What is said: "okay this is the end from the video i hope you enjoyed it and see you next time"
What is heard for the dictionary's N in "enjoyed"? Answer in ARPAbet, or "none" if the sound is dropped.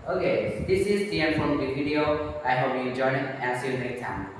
none